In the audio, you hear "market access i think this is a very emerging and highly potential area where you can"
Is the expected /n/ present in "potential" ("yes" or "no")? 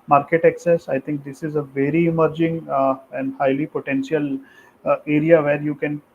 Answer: yes